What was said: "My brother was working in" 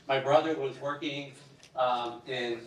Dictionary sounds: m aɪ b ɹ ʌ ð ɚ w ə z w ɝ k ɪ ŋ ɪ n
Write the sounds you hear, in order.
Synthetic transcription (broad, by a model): m aɪ b ɹ ʌ ð ɚ w ə z w ɝ k ɪ ŋ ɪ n